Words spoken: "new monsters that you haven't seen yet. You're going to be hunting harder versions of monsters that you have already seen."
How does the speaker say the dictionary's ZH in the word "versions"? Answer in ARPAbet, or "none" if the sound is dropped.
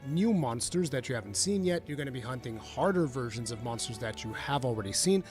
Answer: ZH